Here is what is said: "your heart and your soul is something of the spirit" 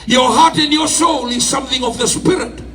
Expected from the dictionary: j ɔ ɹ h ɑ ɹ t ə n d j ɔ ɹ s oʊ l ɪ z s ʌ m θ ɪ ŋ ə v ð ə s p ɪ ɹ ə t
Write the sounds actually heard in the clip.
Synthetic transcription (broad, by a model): j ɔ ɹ h ɑ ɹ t ə n d j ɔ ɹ s oʊ l ɪ z s ʌ m θ ɪ ŋ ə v ð ə s p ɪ ɹ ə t